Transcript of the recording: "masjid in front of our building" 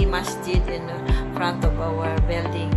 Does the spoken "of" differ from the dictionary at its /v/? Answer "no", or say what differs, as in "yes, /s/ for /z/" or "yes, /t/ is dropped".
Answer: yes, /b/ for /v/